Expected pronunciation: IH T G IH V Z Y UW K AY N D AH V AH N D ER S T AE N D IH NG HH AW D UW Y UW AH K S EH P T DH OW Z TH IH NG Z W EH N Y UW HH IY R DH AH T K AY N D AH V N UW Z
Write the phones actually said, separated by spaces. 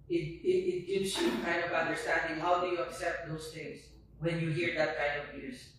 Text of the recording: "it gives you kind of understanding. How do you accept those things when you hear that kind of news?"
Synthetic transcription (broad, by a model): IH T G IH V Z Y UW K AY N D AH V AH N D ER S T AE N D IH NG HH AW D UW Y UW AH K S EH P T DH OW S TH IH NG S W EH N Y UW HH IY R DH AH T K AY N D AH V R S